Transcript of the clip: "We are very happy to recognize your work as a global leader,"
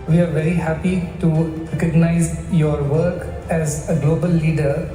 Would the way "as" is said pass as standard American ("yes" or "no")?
yes